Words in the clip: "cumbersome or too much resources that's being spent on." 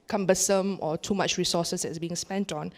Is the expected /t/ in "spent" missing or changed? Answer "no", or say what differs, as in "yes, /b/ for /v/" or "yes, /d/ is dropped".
no